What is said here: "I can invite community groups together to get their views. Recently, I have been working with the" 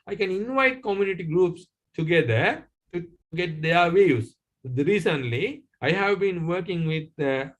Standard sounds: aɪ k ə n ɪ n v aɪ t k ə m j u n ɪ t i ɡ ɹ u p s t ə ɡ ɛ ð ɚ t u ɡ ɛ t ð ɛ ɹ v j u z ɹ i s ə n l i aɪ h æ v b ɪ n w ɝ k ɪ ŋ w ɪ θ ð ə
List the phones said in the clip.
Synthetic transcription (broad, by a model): aɪ k ə n ɪ n v aɪ t k ə m j u n ɪ t i ɡ ɹ u p s t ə ɡ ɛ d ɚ t u ɡ ɛ t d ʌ ɹ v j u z ɹ i s ə n l i aɪ h æ v b ɪ n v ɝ k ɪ ŋ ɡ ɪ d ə